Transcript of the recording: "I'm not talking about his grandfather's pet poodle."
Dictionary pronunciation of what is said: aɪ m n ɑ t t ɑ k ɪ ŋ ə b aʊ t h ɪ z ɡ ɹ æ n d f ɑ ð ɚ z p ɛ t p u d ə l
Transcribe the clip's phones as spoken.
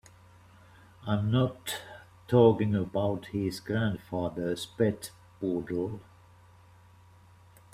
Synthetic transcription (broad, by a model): aɪ m n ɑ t t ɑ k ɪ ŋ ə b aʊ t h ɪ z ɡ ɹ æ n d f ɑ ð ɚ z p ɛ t b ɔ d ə l